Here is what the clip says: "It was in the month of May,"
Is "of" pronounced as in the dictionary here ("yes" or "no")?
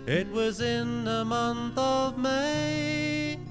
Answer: yes